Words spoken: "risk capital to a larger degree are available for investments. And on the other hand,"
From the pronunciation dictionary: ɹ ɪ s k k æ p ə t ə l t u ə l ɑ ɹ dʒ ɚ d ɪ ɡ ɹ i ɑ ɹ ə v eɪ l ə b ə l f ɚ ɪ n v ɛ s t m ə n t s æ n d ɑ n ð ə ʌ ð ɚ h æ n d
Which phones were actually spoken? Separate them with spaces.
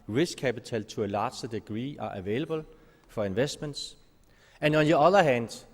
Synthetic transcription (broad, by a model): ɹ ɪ s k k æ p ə s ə l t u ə l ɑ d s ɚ d ɪ ɡ ɹ i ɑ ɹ ə v eɪ l ə b ə l f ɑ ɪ n v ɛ s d m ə n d s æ n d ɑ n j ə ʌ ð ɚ h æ n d